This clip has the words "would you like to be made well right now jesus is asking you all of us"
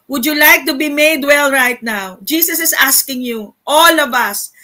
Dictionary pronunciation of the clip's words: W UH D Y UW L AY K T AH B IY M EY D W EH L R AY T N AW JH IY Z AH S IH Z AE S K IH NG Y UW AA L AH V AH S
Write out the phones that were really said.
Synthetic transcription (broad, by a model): W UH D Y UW L AY K T AH B IY M EY D W EH L R AY T N AW JH IY S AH S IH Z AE S K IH NG Y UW AA L AH V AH S